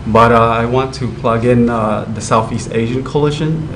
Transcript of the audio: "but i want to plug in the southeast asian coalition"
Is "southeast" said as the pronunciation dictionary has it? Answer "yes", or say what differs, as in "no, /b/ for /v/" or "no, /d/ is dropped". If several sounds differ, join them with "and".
yes